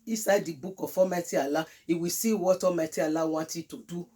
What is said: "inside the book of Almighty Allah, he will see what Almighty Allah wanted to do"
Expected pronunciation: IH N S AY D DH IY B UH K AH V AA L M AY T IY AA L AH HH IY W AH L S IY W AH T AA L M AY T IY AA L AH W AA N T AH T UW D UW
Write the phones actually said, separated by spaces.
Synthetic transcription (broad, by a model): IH S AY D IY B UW K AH F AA M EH T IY AA L AH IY W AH S IY W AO T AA M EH T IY AA L AH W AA T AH T UW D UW